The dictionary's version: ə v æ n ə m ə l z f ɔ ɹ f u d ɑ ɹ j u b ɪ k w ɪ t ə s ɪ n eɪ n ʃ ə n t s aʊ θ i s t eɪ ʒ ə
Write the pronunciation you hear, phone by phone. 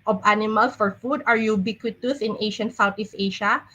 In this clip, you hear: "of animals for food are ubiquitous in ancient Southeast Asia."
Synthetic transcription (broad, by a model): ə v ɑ n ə m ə l s f ɔ ɹ f u d ɑ ɹ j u b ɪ k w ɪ t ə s ɪ n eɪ ʃ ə n s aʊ t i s eɪ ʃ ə